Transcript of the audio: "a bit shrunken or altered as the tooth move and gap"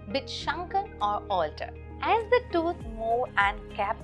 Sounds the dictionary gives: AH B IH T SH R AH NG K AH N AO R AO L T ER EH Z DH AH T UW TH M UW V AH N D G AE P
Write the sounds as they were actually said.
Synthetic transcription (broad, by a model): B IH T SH AH NG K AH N AO R AO L T ER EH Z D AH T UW T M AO AH N D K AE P